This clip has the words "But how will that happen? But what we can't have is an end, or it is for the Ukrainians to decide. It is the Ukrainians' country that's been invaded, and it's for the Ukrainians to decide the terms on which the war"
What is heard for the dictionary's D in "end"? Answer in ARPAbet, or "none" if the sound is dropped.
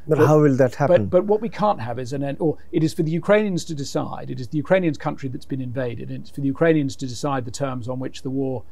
none